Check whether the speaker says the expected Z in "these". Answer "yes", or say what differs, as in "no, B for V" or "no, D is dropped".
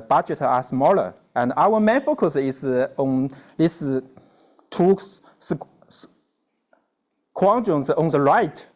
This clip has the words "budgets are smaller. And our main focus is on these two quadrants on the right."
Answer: no, S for Z